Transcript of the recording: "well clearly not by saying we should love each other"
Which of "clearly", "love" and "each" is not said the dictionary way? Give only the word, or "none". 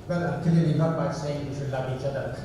clearly